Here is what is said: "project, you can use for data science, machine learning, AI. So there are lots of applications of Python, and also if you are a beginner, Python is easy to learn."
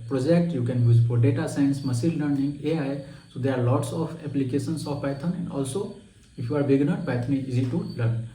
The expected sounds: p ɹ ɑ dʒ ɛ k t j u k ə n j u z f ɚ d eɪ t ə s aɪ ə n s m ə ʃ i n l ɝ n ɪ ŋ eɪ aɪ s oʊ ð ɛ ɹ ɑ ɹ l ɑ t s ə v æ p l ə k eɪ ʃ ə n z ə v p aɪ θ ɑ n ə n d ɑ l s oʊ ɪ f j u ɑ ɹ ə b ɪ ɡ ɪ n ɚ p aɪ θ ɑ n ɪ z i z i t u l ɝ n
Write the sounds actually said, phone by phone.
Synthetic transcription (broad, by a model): p ɹ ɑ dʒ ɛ k t j u k ə n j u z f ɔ d eɪ t ə s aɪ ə n s m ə s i l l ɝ n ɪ ŋ eɪ aɪ s oʊ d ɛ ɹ ɑ ɹ l ɑ t s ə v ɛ p l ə k eɪ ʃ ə n s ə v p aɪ t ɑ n ə n d ɑ l s oʊ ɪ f j u ɑ ɹ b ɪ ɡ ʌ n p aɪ t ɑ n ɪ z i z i t u l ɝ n